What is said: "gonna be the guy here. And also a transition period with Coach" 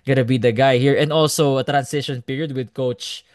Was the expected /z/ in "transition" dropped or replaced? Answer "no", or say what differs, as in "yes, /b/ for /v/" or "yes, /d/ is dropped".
yes, /s/ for /z/